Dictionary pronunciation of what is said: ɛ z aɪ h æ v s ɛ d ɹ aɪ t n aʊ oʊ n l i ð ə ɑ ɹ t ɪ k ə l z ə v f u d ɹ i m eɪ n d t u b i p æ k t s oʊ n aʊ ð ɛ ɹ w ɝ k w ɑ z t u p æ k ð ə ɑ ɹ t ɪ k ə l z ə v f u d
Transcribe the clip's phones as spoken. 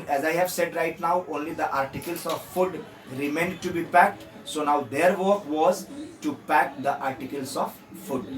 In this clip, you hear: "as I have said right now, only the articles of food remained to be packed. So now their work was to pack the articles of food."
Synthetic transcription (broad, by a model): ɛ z aɪ h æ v s ɛ d ɹ aɪ t n aʊ oʊ n l i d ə ɑ ɹ t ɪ k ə l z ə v f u d ɹ i m eɪ n d t u b i p æ k t s oʊ n aʊ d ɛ ɹ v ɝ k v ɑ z t u p æ k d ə ɑ ɹ t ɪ k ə l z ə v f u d